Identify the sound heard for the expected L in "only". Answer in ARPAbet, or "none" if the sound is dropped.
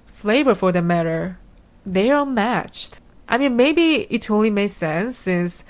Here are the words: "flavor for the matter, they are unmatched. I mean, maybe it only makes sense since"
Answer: L